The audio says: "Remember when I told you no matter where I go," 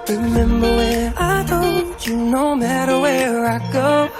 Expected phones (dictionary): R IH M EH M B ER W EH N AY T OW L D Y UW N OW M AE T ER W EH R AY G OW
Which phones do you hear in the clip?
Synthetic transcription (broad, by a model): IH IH M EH M B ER W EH AY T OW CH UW N OW M AE T ER W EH R AY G OW